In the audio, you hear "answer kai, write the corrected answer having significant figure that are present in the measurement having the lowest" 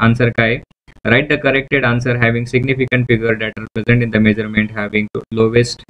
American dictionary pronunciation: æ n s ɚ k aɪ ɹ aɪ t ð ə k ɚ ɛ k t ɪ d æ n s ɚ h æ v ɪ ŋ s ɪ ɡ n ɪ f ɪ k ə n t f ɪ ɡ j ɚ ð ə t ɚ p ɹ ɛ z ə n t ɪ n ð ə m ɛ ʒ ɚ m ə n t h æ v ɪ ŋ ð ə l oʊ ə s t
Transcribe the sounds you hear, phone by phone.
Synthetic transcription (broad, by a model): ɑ n s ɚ k aɪ ɹ aɪ t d ə k ɚ ɛ k t ɪ d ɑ n s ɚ h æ v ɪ ŋ s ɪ ɡ n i f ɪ k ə n t f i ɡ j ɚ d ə t ɚ p ɹ ɛ z ə n t ɪ n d ə m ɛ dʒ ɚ m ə n t h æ v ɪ ŋ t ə l oʊ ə s t